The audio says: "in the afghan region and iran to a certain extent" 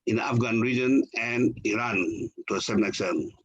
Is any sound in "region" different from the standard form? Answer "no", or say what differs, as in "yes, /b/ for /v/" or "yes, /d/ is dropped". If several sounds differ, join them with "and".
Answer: no